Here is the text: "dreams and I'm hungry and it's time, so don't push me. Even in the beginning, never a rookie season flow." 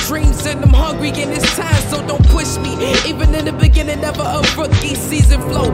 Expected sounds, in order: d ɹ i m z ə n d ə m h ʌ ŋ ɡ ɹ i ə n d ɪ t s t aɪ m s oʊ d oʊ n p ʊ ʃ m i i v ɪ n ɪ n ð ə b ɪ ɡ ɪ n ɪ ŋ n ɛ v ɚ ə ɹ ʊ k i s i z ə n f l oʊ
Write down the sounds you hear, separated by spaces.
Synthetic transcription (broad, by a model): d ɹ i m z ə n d ə m h ʌ ŋ ɡ ɹ i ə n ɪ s t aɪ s s oʊ d oʊ n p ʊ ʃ m i i v ɪ n ɪ n ð ə b ɪ ɡ ɪ n ɪ ŋ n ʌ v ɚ ə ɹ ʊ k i s i z ə n f l oʊ